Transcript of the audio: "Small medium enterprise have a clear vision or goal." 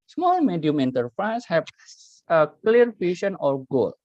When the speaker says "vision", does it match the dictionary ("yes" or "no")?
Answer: no